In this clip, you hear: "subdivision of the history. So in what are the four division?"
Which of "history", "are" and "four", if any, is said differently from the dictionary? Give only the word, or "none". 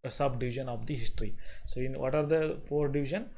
four